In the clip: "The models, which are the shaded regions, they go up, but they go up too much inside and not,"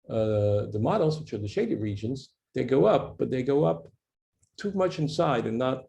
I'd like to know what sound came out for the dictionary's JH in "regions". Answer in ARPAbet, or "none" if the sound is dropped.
JH